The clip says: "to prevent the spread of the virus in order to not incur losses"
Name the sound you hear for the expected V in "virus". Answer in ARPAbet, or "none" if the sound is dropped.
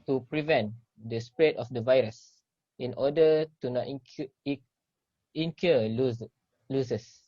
V